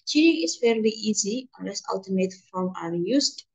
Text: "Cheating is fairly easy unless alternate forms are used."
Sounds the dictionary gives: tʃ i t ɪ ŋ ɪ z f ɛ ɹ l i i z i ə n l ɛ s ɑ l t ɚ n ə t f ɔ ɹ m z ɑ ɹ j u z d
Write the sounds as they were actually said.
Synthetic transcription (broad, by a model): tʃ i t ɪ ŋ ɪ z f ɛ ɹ l i i z i ə n l ɛ s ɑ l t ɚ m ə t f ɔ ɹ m ɑ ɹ j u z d